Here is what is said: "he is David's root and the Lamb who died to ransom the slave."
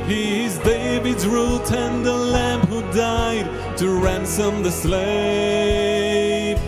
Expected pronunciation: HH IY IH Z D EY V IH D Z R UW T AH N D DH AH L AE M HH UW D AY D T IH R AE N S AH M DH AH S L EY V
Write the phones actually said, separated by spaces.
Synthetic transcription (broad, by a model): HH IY IH Z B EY B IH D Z R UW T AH N DH AH L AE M HH UW D AY D T IH R AE N S AH M DH AH S L EY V